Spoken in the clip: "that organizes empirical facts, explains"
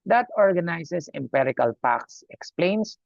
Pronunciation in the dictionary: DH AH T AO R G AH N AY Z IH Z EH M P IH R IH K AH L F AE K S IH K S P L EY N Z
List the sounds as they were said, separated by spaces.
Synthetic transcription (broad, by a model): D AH T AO R G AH N AY S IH S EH M P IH R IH K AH L P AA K S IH K S P L EY N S